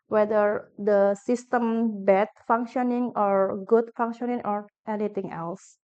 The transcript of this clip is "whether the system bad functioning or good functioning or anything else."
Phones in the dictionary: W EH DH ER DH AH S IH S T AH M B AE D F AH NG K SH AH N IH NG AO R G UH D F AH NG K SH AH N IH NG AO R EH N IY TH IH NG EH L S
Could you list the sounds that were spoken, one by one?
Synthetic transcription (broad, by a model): W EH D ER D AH S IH S T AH M B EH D F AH NG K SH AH N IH NG AO R G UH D F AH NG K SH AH N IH NG AO R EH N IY T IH NG EH L S